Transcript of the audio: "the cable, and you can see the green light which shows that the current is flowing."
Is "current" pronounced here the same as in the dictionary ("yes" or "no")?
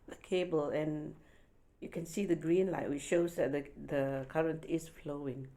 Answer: yes